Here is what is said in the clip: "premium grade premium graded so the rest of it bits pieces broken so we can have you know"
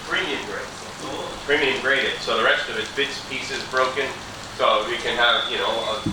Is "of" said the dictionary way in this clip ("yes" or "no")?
yes